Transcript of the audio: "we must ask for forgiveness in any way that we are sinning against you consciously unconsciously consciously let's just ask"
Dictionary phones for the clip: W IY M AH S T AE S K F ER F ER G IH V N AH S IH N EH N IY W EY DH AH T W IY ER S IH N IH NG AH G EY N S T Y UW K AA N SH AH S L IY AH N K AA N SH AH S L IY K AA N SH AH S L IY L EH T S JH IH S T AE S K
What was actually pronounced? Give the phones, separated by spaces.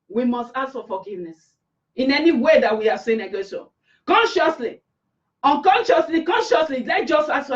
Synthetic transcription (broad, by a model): W IY M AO S T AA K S F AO F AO G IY V N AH S IH N EH N IY W EY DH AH T W IY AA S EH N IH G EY S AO K AA N SH AH S L IY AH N K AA N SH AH S L IY K AA N SH AH S L IY L EH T JH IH S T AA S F